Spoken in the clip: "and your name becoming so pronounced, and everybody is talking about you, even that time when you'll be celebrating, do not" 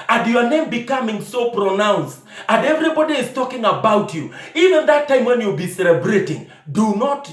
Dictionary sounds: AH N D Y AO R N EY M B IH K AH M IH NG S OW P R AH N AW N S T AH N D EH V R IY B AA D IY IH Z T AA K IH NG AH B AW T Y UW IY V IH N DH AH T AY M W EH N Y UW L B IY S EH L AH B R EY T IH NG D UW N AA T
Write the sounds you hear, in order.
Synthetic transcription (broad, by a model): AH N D Y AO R N EY M B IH K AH M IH NG S OW P R AH N AW N S T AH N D EH V R IY B AA D IY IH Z T AA K IH NG AH B AW T Y UW IY V IH N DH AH T AY M W EH N Y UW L B IY S EH L AH B R EY T IH NG D UW N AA T